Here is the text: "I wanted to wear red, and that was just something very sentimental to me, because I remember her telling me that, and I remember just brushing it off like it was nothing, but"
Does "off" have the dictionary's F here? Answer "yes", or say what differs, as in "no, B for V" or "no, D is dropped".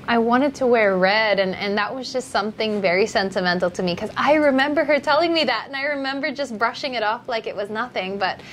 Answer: yes